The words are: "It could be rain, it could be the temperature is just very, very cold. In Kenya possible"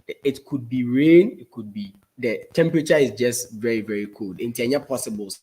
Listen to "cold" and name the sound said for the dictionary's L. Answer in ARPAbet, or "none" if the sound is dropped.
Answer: L